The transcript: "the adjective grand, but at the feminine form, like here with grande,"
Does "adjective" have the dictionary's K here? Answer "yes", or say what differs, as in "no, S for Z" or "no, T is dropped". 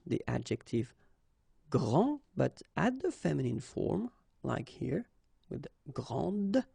yes